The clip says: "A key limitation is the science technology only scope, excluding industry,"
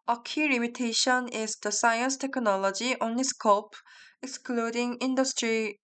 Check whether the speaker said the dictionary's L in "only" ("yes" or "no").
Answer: no